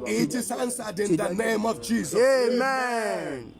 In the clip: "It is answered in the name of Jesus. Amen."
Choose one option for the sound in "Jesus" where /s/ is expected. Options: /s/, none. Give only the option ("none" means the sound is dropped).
none